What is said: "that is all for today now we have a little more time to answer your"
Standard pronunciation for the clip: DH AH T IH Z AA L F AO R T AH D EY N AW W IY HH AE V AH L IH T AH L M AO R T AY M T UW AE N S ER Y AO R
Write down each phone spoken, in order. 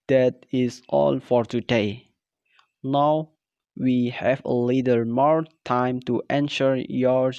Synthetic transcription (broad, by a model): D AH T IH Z AA L F AO R T AH D EY N AW W IY HH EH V AH L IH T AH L M AO R T AY M T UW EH N SH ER Y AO R